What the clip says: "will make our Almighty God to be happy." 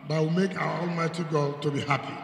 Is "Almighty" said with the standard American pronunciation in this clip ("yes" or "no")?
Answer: yes